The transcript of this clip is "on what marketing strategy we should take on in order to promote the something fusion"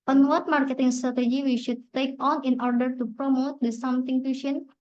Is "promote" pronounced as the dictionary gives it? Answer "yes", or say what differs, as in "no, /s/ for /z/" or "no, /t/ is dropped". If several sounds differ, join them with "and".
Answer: yes